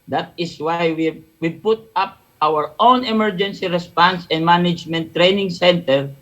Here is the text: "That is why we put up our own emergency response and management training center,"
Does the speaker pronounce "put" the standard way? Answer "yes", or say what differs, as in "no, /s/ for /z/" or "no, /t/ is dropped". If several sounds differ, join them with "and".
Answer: yes